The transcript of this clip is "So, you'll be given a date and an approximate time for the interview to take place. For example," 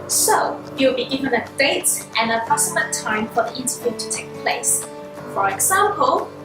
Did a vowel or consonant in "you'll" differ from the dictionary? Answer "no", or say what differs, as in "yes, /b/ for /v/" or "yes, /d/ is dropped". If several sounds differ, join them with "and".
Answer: yes, /w/ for /l/